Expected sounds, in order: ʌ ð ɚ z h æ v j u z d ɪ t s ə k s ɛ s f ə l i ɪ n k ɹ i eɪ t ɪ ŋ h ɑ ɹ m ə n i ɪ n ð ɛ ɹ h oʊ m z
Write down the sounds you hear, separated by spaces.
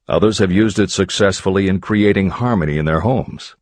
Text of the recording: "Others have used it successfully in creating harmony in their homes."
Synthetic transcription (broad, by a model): ʌ ð ɚ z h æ v j u z d ɪ t s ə k s ɛ s f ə l i ɪ n k ɹ i eɪ t ɪ ŋ h ɑ ɹ m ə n i ɪ n ð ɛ ɹ h oʊ m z